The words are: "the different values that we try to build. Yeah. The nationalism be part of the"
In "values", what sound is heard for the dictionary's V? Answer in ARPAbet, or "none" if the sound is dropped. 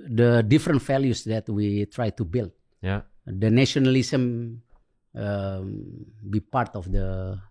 F